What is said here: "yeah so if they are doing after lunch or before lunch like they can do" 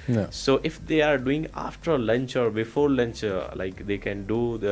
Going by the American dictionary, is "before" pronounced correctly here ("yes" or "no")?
yes